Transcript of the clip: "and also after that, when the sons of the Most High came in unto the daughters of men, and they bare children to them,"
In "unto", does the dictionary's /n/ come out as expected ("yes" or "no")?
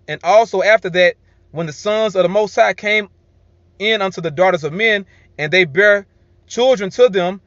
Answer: yes